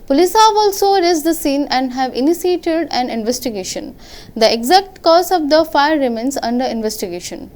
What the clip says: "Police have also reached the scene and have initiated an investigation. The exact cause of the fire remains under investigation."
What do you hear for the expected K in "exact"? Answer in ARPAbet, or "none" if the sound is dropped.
K